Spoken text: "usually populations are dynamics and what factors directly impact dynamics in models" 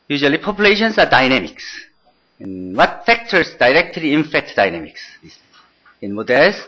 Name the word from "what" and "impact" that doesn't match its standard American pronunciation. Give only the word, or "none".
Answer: impact